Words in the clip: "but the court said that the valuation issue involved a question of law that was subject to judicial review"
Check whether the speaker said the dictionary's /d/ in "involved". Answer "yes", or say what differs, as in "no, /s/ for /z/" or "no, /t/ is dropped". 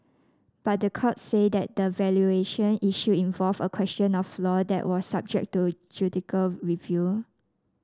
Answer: no, /d/ is dropped